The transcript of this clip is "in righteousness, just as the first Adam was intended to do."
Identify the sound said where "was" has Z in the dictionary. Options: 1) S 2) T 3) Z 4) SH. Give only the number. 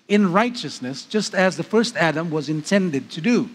3